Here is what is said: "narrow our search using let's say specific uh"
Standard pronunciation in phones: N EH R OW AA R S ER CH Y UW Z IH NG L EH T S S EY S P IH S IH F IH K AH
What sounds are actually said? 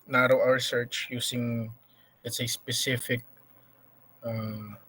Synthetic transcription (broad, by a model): N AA R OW AA R S ER CH Y UW S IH NG L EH T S S EY S P IH S IH F IH K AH